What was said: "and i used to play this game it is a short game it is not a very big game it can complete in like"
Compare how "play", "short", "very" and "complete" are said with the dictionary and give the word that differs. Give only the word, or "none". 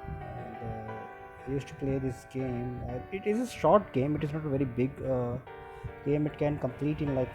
none